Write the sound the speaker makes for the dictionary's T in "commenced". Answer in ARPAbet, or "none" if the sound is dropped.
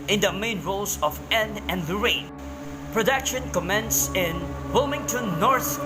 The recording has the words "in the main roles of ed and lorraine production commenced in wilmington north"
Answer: none